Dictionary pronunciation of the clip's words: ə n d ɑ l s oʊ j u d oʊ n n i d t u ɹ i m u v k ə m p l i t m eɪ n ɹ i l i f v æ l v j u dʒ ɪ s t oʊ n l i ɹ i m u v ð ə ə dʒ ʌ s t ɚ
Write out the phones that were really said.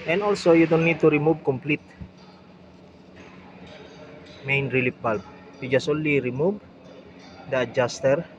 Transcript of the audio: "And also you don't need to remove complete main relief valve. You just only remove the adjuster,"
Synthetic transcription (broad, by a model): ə n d ɑ l s oʊ j u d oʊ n n i d t u ɹ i m u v k ə m p l i t m eɪ n ɹ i l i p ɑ l p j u dʒ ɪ s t oʊ n l i ɹ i m u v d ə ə dʒ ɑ s t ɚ